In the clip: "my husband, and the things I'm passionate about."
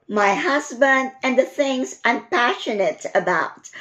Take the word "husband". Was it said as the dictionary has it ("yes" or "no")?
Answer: yes